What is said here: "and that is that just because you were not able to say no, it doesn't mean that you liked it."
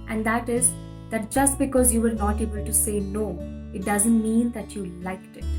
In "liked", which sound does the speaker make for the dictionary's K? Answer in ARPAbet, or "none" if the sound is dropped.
K